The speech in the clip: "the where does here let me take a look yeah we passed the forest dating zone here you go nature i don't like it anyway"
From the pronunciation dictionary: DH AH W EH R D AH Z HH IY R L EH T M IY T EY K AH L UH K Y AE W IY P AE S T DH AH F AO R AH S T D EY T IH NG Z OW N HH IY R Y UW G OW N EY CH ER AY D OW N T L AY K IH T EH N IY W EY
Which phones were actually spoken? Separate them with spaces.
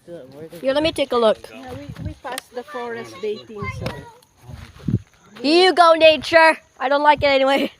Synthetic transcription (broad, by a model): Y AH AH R L EH T M IY T EY K AH L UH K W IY W IY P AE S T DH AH F AO R AH S T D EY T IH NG S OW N HH IY R Y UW G OW N EY CH ER AY D OW N T L AY K IH T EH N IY W EY